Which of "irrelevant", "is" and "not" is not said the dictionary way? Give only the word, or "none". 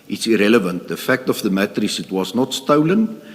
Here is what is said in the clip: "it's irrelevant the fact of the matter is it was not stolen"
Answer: is